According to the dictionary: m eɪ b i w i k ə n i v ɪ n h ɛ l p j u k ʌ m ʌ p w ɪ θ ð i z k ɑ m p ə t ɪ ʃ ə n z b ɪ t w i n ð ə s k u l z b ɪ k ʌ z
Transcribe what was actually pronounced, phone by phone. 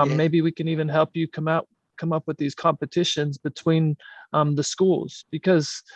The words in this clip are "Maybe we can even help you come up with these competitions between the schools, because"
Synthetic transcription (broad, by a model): m eɪ b i w i k ə n i v ɪ n h ɛ l p j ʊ k ʌ m ʌ p w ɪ ð i z k ɑ m p ə t ɪ ʃ ə n z b ɪ t w i n ð ə s k u l z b ɪ k ʌ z